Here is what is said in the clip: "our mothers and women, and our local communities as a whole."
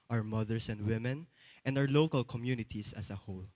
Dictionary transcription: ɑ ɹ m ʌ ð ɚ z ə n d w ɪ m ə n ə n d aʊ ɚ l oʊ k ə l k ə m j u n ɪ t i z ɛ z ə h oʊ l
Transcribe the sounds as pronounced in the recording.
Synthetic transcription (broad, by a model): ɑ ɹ m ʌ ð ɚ s ə n d w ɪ m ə n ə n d aʊ ɚ l oʊ k ə l k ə m j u n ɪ t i s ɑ s ə h oʊ l